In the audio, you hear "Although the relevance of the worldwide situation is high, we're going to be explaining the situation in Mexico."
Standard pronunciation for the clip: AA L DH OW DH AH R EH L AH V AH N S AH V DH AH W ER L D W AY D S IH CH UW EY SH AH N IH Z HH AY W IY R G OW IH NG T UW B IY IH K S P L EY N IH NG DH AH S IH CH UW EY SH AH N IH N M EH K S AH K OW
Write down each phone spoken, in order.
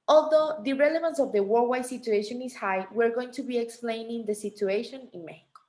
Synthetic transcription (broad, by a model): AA L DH OW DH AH R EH L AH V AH N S AH V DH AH W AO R W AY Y S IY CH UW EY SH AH N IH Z HH AY W IY R G OW IH NG T UW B IY IH K S P L EY N IH NG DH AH S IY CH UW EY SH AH N IH N M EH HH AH K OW